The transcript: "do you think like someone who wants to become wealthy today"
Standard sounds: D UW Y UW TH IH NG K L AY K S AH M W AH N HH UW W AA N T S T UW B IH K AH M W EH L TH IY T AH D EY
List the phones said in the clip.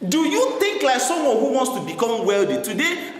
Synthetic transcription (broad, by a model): D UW Y UW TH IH NG K L AY K S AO M W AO N HH UW W AA N T S T UW B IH K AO M W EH L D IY T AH D EY